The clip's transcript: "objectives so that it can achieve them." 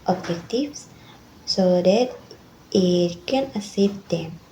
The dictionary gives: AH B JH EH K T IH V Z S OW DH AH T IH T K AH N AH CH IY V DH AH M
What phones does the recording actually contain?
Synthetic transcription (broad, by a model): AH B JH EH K T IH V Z S OW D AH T IH T K AH N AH S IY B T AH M